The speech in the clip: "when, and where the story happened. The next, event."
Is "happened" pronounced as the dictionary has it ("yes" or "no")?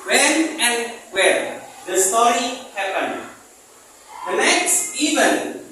no